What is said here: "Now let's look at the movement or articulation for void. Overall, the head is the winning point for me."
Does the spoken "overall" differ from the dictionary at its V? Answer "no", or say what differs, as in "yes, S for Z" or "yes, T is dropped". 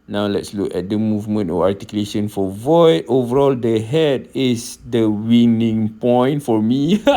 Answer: no